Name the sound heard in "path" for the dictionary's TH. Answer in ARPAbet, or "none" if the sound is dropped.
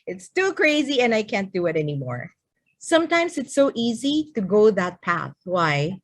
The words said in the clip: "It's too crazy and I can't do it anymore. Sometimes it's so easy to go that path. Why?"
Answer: TH